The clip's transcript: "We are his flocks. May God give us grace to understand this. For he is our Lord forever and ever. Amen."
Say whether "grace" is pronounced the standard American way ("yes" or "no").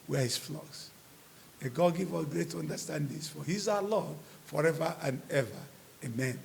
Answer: no